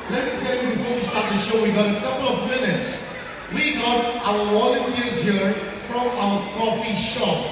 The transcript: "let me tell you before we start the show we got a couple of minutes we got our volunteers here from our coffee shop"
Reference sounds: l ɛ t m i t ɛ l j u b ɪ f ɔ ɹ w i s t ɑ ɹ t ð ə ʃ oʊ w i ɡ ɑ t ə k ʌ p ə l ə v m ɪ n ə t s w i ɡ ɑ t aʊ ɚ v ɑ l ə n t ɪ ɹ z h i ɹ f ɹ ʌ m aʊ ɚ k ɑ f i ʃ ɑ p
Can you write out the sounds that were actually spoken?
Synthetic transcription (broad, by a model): l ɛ t m i t ɛ l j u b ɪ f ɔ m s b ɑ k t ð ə ʃ oʊ w i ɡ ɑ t ə k ʌ p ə l ə v m ɪ n ə t s w i ɡ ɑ t aʊ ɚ w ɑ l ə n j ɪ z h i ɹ f ɹ ʌ m aʊ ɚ k ɑ f i ʃ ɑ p